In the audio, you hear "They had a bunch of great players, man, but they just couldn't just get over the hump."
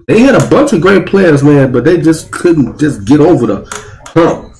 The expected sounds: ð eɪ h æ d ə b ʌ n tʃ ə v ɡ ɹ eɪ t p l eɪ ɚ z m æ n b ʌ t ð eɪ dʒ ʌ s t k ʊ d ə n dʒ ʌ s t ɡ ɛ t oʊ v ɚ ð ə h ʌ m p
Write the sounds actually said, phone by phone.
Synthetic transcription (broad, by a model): ð eɪ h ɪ d ə b ʌ n tʃ ə v ɡ ɹ eɪ t p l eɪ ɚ z m æ n b ʌ t ð eɪ dʒ ʌ s k ʊ d n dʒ ʌ s ɡ ɛ t oʊ v ɚ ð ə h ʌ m